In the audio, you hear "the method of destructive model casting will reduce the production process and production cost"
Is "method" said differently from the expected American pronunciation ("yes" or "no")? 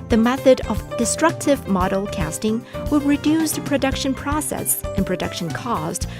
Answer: no